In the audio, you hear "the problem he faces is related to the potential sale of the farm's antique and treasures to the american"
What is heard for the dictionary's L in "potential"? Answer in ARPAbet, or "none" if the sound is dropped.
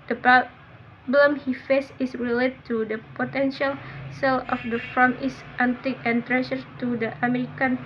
L